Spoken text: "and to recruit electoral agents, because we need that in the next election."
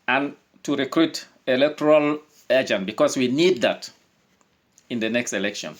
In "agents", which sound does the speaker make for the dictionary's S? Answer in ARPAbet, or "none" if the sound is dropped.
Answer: none